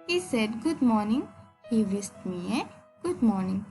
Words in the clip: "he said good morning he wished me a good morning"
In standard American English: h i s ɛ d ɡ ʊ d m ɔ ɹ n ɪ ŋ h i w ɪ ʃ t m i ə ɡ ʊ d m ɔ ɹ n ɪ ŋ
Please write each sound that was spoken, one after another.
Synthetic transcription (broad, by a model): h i s ɛ d ɡ ʊ d m ɔ ɹ n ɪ ŋ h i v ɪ s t m i ə ɡ ʊ d m ɔ ɹ n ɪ ŋ